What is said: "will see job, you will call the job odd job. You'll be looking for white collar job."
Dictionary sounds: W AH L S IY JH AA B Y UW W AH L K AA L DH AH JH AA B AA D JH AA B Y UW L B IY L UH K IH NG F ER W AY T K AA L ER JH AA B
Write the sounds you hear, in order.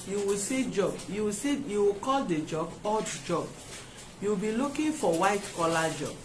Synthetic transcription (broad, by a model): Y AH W S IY JH AA B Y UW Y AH W K AA L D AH JH AA B AA D JH AA B Y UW W B IY L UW K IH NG F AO W AY T K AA L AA JH AA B